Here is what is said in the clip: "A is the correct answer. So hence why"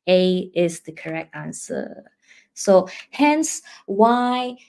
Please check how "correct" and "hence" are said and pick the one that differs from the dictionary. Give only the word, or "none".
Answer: none